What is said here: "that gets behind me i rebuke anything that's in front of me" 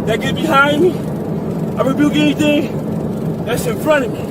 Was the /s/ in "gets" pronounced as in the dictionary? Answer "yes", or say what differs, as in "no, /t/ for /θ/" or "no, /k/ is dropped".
no, /s/ is dropped